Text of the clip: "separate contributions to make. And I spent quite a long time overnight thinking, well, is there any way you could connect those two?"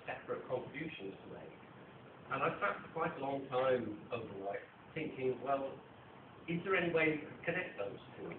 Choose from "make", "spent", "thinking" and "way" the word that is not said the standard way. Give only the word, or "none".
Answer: spent